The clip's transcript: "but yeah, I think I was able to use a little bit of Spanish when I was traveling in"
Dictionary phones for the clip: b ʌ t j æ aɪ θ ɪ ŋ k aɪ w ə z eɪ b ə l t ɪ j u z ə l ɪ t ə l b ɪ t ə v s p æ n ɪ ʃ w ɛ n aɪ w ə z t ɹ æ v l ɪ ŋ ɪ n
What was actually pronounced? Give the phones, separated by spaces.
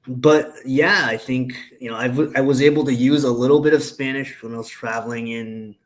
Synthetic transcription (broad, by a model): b ʌ t j æ aɪ θ ɪ ŋ k aɪ w ə z eɪ b l t ɪ j u z ə l ɪ t l b ɪ t ə v s p æ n ɪ ʃ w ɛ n aɪ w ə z t ɹ æ v l ɪ ŋ ɪ n